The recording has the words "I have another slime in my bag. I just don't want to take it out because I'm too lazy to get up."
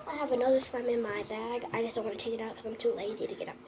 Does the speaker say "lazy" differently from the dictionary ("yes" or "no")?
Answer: no